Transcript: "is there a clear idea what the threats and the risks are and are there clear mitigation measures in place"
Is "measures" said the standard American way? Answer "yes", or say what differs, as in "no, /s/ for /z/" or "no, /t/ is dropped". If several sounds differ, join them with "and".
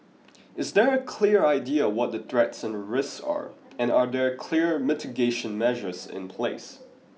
yes